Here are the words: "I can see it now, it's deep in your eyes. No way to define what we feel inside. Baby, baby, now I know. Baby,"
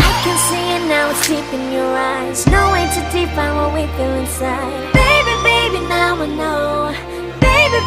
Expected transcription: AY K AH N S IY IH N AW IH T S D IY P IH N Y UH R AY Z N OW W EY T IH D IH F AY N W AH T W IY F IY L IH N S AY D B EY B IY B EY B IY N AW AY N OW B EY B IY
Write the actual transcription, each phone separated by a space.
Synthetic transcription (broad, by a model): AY K AH N S IY IH N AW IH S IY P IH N Y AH R AY Z N OW W EY T IH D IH P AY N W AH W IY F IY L IH N S AY D B EY B IY B EY B IY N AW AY N OW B EY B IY